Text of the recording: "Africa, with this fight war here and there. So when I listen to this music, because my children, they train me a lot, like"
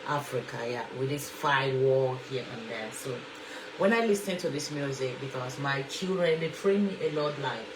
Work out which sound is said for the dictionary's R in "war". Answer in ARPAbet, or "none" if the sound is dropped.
L